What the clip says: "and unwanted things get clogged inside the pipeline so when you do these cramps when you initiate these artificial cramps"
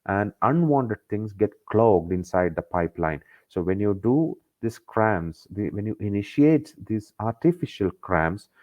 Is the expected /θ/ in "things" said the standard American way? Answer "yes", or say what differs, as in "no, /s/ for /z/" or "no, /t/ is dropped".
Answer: no, /t/ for /θ/